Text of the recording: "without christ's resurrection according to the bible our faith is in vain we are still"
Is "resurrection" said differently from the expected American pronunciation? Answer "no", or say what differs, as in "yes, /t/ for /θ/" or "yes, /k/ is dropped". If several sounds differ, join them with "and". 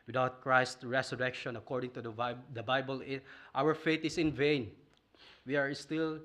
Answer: yes, /s/ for /z/